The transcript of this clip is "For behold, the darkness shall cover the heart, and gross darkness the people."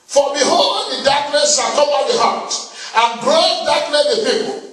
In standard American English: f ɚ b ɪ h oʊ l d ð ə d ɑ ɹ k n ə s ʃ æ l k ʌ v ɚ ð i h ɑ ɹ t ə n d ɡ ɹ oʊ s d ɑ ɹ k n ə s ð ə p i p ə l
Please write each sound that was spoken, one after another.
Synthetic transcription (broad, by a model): f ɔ b ɪ h oʊ l d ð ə d ɑ k n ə s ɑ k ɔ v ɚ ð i h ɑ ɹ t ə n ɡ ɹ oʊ d ɑ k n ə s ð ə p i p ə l